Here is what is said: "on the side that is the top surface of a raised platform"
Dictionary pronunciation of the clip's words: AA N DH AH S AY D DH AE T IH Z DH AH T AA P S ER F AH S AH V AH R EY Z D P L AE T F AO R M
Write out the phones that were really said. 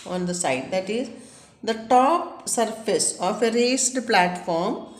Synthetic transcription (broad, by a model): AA N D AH S AY D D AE T IH Z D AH T AA P S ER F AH S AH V AH R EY S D P L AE T F AO R M